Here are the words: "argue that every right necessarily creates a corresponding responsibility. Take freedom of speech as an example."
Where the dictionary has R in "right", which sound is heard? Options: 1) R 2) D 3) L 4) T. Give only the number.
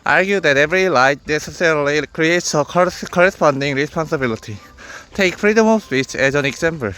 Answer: 3